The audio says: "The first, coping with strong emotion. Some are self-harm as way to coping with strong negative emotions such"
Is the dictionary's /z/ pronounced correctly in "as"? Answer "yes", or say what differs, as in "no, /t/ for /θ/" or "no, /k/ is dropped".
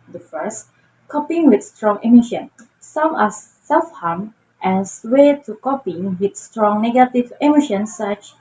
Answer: no, /s/ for /z/